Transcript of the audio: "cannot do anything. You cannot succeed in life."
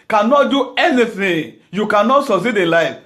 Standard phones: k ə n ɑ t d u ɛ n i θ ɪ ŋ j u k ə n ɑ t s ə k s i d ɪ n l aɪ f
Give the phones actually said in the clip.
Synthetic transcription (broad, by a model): k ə n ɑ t d u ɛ n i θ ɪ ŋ j u k ə n ɑ t s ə s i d ɪ n l aɪ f